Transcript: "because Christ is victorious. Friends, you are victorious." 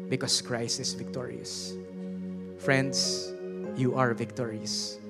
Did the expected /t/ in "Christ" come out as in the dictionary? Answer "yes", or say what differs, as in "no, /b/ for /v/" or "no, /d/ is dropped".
no, /t/ is dropped